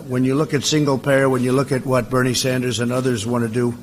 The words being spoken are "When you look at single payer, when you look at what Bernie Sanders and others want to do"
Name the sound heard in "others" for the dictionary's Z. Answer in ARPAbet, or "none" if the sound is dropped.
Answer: Z